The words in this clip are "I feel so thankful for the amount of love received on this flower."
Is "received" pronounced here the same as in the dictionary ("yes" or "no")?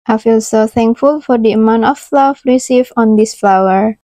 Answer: no